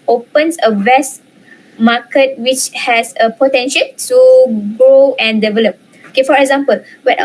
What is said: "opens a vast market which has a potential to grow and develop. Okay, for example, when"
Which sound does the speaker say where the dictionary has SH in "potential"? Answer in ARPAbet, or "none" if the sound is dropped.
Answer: SH